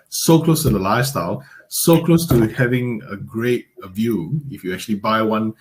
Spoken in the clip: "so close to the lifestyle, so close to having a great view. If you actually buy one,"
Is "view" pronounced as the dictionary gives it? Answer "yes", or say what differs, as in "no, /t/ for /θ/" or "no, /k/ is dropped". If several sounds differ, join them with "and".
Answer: yes